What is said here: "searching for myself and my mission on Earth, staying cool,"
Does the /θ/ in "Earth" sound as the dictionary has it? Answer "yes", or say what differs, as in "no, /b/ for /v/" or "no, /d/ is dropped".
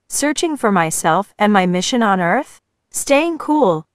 yes